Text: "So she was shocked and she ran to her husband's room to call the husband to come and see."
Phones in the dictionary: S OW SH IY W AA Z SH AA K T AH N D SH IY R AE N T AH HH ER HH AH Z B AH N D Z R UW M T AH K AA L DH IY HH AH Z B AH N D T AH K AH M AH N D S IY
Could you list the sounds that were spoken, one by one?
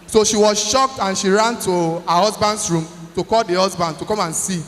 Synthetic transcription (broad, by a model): S OW SH IY W AA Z SH AA K T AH N SH IY R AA N T AH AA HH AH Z B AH N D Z R UW M T AH K AA L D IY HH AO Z B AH N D T AH K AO M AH N S IY